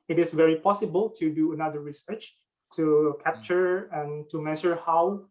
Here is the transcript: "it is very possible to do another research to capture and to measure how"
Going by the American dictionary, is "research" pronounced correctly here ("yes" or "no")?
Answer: yes